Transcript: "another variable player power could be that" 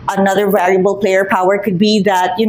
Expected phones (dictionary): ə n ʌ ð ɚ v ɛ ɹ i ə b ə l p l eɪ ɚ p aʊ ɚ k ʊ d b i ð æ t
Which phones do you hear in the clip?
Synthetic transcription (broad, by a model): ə n ʌ ð ɚ v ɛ l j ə b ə l p l eɪ ɚ p aʊ ɚ k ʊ d b i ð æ t